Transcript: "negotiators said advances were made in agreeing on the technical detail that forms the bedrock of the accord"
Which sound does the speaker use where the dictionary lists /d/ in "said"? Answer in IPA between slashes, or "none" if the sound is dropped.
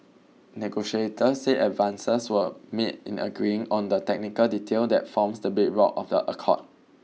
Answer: none